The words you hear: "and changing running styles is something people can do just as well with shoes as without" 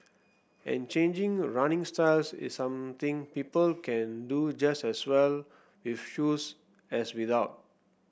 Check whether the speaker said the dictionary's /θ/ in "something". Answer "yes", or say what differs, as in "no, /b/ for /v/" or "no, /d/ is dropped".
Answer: no, /t/ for /θ/